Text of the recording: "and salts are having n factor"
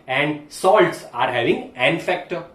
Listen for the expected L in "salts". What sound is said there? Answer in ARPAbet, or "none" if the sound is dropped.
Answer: L